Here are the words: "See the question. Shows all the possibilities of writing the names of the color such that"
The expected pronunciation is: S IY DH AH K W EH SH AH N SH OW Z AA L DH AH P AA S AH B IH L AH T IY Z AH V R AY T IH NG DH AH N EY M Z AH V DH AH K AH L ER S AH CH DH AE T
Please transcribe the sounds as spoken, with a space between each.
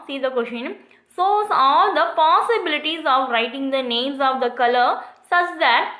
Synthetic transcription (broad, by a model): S IY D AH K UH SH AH N S OW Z AA L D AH P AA S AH B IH L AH T IY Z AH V R AY T IH NG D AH N EY M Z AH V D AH K AH L ER S AH CH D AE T